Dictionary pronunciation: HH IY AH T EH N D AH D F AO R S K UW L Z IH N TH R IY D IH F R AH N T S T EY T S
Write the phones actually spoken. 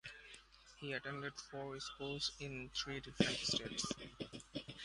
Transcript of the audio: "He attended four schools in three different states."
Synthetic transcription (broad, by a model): HH IY AH T EH N D AH D F AO R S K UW L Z IH N T R IY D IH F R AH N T S T EY T S